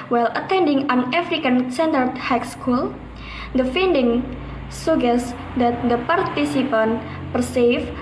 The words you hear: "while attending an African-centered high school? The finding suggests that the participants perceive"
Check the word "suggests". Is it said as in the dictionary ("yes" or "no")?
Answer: no